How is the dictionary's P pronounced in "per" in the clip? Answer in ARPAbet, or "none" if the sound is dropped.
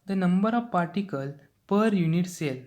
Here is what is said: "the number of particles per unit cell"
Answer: P